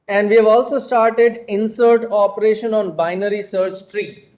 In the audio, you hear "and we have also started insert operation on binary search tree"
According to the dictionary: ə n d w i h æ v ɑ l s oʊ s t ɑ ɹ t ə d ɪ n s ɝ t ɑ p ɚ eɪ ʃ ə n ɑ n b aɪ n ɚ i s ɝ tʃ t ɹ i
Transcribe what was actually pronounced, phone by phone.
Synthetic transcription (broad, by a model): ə n d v i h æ v ɑ l s oʊ s t ɑ ɹ t ə d ɪ n s ɝ t ɑ p ɚ eɪ ʃ ə n ɑ n b aɪ n ɚ i s ɝ tʃ t ɹ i